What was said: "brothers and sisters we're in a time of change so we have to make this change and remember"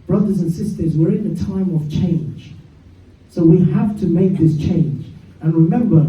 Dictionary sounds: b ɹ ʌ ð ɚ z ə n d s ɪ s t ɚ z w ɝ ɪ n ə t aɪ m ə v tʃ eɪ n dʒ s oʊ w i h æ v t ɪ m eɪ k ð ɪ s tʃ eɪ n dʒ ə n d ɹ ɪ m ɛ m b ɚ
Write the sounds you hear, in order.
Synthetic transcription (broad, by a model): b ɹ ʌ ð ɚ z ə n s ɪ s t ɚ z w ɝ ɪ n ə t aɪ m ə v tʃ eɪ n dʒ s oʊ w i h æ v t ɪ m eɪ k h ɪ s tʃ eɪ n dʒ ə n ɹ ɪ m ɛ m b ɚ